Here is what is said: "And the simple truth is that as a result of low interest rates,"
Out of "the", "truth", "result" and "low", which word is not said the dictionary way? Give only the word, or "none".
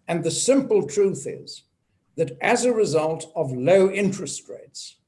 none